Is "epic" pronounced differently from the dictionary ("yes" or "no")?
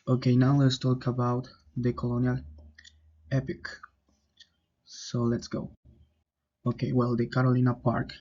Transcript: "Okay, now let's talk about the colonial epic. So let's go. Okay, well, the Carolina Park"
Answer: no